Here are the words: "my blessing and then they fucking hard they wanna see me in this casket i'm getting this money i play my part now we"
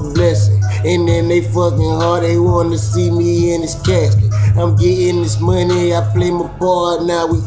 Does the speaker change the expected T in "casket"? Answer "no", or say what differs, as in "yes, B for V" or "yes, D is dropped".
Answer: yes, T is dropped